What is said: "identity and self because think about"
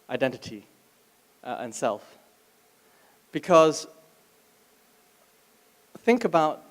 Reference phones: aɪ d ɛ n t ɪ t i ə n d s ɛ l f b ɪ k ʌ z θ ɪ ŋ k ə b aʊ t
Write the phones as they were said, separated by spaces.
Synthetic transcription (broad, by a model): aɪ d ɛ n t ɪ t i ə n s ɛ l f b ɪ k ʌ z θ ɪ ŋ k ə b aʊ t